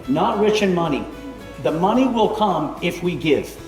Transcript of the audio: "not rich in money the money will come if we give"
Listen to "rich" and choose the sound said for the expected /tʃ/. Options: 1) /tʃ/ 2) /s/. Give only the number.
1